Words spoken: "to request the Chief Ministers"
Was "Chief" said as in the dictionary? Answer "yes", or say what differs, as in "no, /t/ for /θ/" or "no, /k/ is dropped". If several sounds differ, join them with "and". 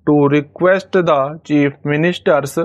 no, /p/ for /f/